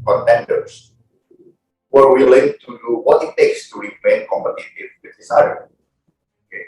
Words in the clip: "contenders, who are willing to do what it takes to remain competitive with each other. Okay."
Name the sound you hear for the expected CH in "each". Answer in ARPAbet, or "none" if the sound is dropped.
S